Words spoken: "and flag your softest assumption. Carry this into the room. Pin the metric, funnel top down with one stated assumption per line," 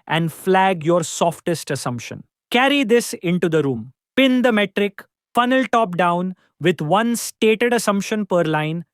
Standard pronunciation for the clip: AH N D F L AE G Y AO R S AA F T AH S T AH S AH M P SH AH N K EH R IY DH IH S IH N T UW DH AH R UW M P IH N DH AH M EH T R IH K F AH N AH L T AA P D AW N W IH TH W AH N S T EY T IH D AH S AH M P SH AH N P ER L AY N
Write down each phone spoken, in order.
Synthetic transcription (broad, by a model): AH N D F L AE G Y AO R S AA F T AH S T AH S AH M P SH AH N K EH R IY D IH S IH N T UW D AH R UW M P IH N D AH M EH T R IH K F AH N AH L T AA P D AW N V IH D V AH N S T EY T IH D AH S AH M P SH AH N P ER L AY N